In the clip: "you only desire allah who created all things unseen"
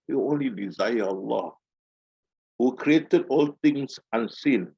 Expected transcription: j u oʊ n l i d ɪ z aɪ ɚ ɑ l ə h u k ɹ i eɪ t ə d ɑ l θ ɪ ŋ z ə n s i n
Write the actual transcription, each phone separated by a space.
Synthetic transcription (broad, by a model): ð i oʊ n l i d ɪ z aɪ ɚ ɑ l ə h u k ɹ i eɪ t ə d ɑ l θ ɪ ŋ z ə n s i n